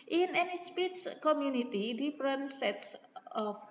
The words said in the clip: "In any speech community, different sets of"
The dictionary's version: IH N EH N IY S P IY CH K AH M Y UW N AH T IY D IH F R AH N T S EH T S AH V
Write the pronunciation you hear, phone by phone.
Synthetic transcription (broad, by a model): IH N EH N IY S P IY S K AH M Y UW N AH T IY D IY F R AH N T S EH T S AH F